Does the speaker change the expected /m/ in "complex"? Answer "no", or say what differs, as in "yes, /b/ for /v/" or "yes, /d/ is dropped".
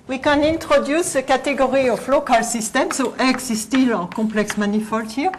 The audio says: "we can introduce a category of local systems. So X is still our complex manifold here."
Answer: yes, /m/ is dropped